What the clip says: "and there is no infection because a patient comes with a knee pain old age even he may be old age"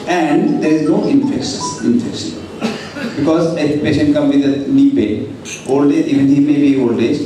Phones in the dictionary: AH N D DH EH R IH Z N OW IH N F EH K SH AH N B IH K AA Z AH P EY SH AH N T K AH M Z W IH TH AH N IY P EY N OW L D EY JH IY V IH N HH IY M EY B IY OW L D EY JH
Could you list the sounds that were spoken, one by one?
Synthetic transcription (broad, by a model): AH N D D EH R IH Z N OW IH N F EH K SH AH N B IH K AA Z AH P EY SH AH N T K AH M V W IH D AH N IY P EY OW L D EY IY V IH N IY M EY B IY OW L D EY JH